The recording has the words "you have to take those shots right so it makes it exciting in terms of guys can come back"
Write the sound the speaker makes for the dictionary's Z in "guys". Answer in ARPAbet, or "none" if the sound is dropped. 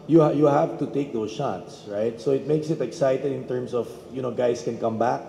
S